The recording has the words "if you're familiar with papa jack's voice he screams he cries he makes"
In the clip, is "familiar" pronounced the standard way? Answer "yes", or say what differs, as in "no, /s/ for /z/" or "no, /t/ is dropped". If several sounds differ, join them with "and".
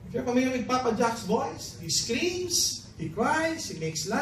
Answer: no, /p/ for /f/